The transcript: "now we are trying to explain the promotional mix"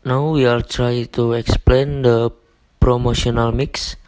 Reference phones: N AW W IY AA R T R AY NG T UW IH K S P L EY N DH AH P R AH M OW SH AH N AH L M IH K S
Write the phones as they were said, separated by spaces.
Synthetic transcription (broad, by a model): N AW W IY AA L T R AY T UW IH K S P L EY N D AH P R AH M OW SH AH N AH L M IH K S